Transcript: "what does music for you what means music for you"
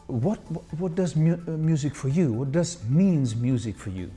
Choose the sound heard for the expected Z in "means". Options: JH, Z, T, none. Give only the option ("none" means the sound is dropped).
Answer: Z